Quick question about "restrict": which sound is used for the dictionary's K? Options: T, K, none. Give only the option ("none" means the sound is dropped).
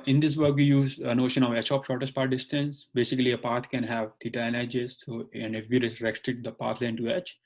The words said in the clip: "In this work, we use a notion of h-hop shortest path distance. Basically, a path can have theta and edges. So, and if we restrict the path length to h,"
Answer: none